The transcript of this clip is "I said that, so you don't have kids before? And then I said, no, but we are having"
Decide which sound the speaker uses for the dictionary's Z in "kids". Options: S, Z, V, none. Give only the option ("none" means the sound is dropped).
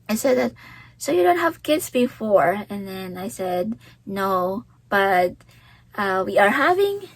S